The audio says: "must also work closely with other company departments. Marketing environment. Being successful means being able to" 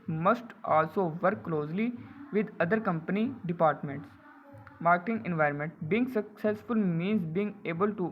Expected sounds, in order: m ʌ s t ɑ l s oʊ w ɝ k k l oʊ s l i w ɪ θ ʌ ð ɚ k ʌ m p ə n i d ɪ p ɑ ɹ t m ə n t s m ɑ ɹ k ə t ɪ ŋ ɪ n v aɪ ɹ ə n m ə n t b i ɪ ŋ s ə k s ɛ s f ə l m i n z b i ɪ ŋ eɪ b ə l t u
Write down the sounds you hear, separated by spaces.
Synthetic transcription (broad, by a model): m ʌ s t ɑ l s oʊ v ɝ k k l oʊ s l i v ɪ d ʌ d ɚ k ʌ m p ə n i d ɪ p ɑ ɹ t m ə n t s m ɑ ɹ k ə t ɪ ŋ ɪ n v aɪ ɹ ə n m ə n t b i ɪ ŋ s ə k s ɛ s f ə l m i n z b i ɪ ŋ eɪ b ə l t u